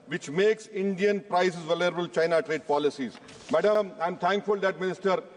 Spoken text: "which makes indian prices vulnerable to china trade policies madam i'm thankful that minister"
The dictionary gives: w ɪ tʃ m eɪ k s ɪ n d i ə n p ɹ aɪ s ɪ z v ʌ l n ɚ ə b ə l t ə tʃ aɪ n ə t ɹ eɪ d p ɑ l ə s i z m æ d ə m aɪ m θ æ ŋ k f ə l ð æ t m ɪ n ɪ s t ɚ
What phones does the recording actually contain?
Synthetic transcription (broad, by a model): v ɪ tʃ m eɪ k s ɪ n d i ə n p ɹ aɪ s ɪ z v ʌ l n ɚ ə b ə l tʃ aɪ n ə t ɹ eɪ d p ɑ l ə s i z m æ d ə m aɪ m t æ ŋ k f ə l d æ t m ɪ n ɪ s t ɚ